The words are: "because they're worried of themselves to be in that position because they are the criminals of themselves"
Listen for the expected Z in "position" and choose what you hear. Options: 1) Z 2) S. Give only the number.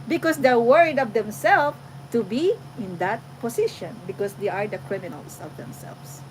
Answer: 2